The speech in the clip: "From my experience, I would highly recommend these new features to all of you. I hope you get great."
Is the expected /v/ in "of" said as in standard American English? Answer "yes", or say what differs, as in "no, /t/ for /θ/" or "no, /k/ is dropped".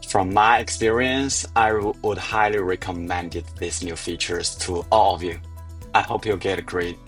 yes